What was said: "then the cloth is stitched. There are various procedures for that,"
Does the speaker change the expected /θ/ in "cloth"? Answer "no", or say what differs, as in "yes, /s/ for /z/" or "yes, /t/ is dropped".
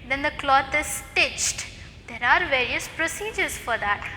yes, /t/ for /θ/